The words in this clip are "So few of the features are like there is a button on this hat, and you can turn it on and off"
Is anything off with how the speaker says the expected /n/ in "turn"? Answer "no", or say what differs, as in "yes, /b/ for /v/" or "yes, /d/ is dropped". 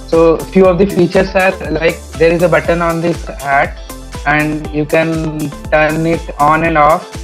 no